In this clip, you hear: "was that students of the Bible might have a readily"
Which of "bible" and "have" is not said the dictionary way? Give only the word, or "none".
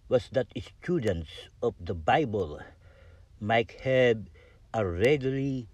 have